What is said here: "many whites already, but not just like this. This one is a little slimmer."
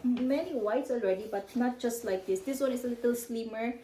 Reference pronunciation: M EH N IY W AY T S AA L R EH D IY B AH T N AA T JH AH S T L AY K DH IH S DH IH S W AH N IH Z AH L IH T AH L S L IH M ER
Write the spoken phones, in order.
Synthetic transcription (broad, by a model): M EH N IY W AY T S AA L R EH D IY B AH T N AA T JH AH S T L AY K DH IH S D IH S W AH N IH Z AH L IH T AH L S L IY M ER